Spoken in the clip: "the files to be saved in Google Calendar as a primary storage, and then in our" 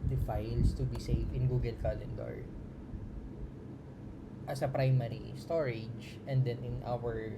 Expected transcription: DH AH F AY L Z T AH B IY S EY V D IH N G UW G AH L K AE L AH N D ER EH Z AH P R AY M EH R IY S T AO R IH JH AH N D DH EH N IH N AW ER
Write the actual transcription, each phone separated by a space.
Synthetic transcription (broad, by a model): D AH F AY L S T AH B IY S EY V IH N G UW G AH L K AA L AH N D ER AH S AH P R AY M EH R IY S T AO R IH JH AH N D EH N IH N AW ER